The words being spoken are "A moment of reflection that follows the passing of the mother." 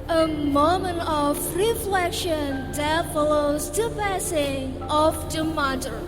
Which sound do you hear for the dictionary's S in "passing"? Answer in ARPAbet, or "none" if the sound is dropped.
S